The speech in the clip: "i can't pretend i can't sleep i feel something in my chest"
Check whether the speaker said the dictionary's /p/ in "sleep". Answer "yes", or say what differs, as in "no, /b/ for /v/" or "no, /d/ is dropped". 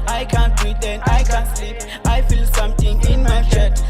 no, /p/ is dropped